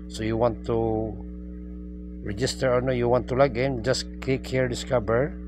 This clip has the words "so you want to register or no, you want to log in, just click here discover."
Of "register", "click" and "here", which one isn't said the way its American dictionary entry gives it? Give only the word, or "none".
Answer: click